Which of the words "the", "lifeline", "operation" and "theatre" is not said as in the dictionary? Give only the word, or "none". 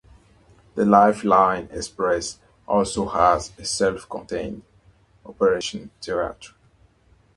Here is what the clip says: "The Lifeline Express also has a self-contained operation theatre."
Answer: theatre